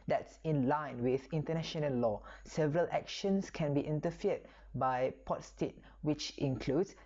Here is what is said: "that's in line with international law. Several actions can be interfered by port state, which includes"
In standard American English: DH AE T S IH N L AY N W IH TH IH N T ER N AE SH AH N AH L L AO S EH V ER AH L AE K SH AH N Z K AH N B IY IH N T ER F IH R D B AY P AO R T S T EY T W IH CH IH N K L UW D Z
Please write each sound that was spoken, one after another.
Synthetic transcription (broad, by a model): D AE T S IH N L AY N W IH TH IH N T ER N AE SH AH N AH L L AO S EH V ER AH L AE K SH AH N S K AH N B IY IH N T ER F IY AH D B AY P AO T S T EY T W IH CH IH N K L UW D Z